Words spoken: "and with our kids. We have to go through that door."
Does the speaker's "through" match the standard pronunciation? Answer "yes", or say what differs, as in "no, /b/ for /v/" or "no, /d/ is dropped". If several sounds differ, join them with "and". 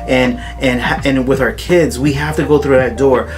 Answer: yes